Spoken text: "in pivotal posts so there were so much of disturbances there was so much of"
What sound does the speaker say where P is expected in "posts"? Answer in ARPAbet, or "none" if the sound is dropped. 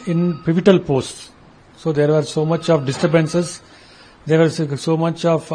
P